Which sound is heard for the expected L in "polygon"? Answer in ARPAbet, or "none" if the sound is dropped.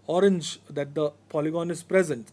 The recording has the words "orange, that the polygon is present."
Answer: L